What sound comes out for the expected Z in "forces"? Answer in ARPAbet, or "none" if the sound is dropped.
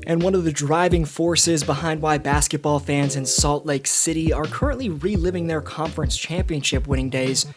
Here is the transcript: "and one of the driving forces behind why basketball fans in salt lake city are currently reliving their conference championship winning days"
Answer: Z